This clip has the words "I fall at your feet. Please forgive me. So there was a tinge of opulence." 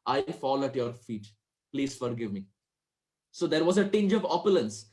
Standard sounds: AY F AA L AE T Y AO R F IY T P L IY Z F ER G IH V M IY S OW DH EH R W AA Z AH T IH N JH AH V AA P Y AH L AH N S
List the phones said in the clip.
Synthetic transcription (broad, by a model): AY F AA L AE T Y AO R F IY T P L IY Z F ER G IH V M IY S OW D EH R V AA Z AH T IH N JH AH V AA P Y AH L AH N S